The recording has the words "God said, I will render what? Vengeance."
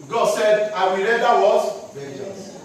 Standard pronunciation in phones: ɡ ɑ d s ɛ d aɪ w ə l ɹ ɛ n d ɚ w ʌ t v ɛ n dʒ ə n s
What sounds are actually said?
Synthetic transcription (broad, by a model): ɡ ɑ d s ɛ d aɪ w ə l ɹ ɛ d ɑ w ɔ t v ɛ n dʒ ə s